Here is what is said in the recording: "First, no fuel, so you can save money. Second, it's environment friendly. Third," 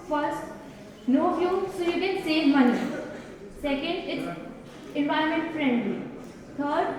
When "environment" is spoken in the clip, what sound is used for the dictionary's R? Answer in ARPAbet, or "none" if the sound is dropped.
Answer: none